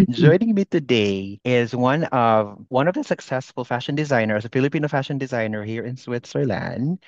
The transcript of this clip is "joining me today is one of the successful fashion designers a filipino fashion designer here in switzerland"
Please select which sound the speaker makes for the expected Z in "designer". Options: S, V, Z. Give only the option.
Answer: Z